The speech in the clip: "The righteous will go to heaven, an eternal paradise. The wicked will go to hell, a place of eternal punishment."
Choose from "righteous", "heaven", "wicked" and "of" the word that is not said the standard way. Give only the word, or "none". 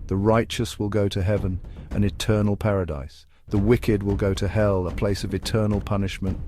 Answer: none